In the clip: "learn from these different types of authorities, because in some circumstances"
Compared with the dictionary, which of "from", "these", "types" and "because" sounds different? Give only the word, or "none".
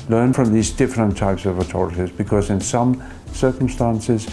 none